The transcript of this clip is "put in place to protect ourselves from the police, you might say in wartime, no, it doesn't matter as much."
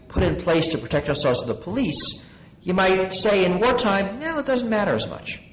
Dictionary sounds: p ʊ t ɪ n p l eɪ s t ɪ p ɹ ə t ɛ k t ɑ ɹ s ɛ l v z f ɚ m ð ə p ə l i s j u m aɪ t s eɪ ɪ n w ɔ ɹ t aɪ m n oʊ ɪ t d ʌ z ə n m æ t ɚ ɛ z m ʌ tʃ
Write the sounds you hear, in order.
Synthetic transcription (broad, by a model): p ʊ t ɪ n p l eɪ s t ɪ p ɹ ə t ɛ k t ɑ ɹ s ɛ l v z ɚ ð ə p ə l i s j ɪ m aɪ t s eɪ ɪ n w ɔ ɹ t aɪ m n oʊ ɪ t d ʌ z n m æ t ɚ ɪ z m ʌ tʃ